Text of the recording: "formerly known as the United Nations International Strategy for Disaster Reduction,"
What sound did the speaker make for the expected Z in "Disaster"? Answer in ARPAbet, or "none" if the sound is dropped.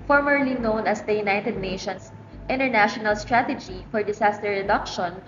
S